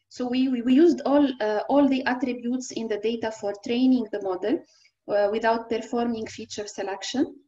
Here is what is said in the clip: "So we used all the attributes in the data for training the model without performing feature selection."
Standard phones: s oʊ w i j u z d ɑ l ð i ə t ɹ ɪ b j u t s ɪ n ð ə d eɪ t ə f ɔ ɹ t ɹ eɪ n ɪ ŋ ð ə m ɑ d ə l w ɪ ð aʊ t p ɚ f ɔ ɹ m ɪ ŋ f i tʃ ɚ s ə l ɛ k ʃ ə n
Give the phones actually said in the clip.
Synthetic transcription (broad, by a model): s oʊ w i j u z d ɑ l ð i ə t ɹ ɪ b j u t s ɪ n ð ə d eɪ t ə f ɔ ɹ t ɹ eɪ n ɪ ŋ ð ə m ɑ d ə l w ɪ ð aʊ t p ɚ f ɔ ɹ m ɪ ŋ f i tʃ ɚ s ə l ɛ k ʃ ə n